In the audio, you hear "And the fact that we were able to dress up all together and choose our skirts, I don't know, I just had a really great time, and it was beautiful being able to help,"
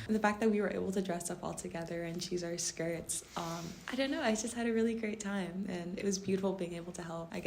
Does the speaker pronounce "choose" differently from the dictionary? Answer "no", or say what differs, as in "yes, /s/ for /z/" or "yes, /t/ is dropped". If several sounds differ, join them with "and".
no